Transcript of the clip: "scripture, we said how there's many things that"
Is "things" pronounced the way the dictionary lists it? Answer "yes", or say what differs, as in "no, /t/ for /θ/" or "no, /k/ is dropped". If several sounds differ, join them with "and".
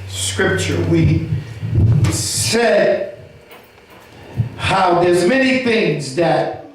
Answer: yes